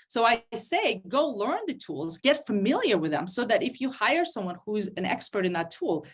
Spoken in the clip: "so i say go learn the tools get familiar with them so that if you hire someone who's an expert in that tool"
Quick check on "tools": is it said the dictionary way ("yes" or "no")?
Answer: yes